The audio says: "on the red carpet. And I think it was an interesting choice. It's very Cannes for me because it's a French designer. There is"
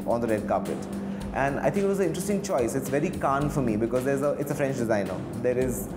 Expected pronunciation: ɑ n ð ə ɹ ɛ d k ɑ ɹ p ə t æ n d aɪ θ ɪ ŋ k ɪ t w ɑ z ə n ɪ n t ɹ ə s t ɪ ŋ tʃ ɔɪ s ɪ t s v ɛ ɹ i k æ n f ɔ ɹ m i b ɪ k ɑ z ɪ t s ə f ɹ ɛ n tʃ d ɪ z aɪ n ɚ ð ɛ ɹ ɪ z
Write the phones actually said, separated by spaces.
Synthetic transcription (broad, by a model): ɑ n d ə ɹ ɛ d k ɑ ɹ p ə t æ n d aɪ t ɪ ŋ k ɪ t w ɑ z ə ɪ n t ɹ ə s t ɪ ŋ tʃ ɔɪ s ɪ t s v ɛ ɹ i k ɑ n f ɔ ɹ m i b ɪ k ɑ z ɪ t s ə f ɹ ɛ n tʃ d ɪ z aɪ n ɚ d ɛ ɹ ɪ z